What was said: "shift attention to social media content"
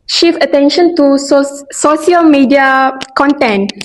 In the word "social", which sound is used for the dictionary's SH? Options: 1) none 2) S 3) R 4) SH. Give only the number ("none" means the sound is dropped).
2